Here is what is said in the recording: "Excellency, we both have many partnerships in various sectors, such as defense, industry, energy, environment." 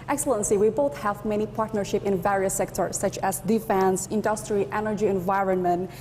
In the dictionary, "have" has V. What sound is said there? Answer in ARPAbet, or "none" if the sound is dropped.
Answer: V